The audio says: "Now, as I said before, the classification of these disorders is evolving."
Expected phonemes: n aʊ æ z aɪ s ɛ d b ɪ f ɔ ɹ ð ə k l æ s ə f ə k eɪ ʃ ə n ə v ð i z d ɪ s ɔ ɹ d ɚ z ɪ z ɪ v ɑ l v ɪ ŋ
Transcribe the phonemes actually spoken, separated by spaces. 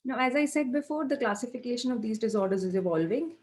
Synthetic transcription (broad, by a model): n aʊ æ z aɪ s ɛ d b ɪ f ɔ ɹ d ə k l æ s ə f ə k eɪ ʃ ə n ə v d i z d ɪ s ɔ ɹ d ɚ z ɪ z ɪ v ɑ l v ɪ ŋ